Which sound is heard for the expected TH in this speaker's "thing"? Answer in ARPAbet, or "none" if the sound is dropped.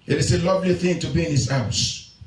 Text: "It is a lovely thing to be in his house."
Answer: TH